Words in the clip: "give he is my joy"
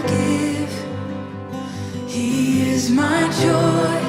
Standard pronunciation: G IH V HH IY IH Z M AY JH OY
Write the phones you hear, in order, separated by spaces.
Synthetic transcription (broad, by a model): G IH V HH IY IH Z M AY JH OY